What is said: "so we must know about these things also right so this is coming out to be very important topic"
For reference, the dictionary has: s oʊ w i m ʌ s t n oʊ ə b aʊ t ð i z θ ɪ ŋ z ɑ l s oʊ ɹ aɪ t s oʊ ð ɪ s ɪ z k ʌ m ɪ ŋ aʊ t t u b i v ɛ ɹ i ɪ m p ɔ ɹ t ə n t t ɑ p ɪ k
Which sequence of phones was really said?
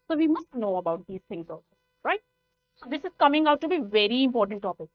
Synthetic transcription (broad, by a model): s oʊ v i m ʌ s t n oʊ ə b aʊ t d i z t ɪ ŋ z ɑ s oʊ ɹ aɪ t s oʊ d ɪ s ɪ z k ʌ m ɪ ŋ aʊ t t u b i v ɛ ɹ i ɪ m p ɔ ɹ t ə n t t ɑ p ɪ k